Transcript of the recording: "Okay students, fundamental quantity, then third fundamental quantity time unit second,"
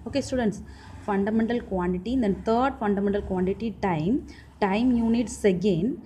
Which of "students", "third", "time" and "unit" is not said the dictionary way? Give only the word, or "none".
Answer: third